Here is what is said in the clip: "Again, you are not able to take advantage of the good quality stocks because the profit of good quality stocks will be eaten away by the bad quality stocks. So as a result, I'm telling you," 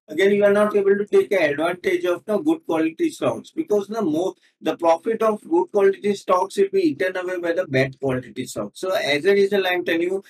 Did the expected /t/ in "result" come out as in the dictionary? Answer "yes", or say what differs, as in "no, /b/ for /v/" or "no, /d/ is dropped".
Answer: no, /t/ is dropped